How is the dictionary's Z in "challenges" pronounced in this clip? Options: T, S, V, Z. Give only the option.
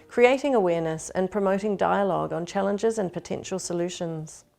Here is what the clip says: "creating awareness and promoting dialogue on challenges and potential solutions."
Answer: Z